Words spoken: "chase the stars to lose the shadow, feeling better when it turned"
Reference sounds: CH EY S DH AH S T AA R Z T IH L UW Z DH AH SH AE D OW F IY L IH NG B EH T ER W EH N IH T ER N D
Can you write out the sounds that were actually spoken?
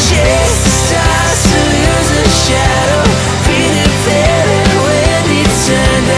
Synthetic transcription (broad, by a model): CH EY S S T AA R T IH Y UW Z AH SH AE D OW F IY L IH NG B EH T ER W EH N IH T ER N